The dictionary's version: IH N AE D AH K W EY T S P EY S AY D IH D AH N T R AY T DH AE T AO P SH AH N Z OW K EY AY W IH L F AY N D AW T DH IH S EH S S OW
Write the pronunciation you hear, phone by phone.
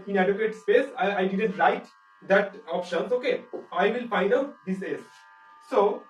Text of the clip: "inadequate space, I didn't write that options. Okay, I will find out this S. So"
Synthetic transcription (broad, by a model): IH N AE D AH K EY T S P EY S AY D IH D AH N T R AY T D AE T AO P SH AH N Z OW K EY AY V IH L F AY D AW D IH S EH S S OW